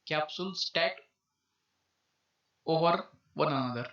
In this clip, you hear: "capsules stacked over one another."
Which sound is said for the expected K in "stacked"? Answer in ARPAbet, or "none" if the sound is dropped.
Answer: none